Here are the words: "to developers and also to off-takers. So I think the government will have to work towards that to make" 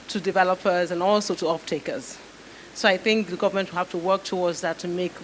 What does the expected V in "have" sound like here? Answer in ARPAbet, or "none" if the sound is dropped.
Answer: F